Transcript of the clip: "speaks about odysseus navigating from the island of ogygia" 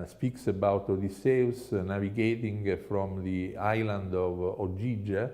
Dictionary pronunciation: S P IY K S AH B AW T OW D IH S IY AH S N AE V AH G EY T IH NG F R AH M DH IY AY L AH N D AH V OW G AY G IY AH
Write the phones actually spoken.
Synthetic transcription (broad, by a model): S P IY K S AH B AW T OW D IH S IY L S N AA V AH G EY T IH NG F R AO M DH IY AY L AH N D AH V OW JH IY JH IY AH